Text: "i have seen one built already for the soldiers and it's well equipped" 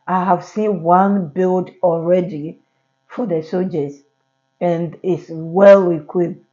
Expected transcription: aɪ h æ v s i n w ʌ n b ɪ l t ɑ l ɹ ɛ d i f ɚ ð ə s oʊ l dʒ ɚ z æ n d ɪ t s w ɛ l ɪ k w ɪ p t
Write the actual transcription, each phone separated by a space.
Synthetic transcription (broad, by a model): aɪ h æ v s i n w ʌ n b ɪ l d ɑ l ɹ ɛ d i f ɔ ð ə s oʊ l dʒ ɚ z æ n d ɪ t s w ɛ l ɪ k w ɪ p